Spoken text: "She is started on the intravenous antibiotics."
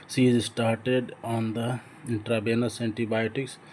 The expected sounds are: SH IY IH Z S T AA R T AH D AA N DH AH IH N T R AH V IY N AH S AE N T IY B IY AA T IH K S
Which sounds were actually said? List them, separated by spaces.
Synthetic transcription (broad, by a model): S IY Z S T AA R T AH D AA N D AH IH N T R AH B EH N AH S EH N T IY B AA T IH K S